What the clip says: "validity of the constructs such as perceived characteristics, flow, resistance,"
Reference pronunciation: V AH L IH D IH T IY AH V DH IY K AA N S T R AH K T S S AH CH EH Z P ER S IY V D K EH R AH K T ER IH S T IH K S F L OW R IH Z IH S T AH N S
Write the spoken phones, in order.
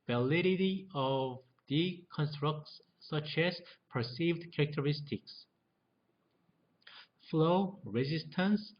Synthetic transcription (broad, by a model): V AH L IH D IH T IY AH V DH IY K AA N S T R AH K T S S AH CH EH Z P ER S IY V D K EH R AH K T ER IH S T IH K S F L OW R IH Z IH S T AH N S